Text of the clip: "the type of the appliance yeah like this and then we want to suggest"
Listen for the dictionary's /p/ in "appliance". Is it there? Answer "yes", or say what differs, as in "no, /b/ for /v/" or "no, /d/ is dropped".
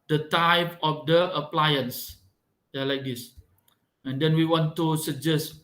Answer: yes